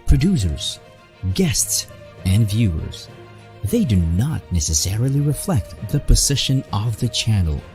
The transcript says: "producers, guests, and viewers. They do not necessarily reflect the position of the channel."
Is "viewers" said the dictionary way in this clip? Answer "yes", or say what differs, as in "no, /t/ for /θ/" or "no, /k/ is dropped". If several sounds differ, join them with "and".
yes